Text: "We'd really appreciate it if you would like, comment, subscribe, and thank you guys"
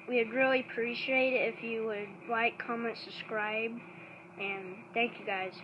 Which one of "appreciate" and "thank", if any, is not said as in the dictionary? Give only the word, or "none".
none